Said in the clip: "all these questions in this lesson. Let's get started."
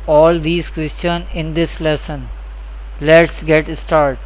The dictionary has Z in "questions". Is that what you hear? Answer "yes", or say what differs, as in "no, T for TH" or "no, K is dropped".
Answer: no, Z is dropped